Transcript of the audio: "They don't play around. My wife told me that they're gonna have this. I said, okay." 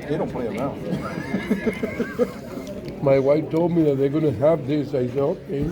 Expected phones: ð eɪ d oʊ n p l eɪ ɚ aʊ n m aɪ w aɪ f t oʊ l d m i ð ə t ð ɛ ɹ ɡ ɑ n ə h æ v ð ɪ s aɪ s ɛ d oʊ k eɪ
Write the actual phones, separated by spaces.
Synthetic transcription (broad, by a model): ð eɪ d oʊ n p l eɪ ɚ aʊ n m aɪ w aɪ f t oʊ l d m i ð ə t ð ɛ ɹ ɡ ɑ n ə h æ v ð ɪ s aɪ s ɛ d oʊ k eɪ